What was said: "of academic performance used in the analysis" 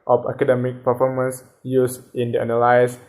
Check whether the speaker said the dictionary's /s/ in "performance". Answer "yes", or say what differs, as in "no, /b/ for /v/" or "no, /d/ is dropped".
yes